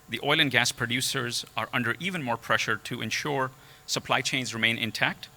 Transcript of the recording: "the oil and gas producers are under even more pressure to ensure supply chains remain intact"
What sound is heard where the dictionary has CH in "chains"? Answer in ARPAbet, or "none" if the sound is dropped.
CH